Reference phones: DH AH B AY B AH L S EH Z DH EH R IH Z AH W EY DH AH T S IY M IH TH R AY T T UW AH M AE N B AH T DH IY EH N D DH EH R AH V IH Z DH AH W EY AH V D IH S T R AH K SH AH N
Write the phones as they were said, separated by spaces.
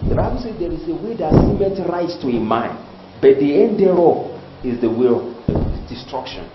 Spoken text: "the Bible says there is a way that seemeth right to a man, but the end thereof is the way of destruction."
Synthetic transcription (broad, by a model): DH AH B AY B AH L S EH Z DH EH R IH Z AH W EY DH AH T S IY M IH T R AY T T UW AH M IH N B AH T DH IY EH N D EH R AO IH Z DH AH W EY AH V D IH S T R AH K SH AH N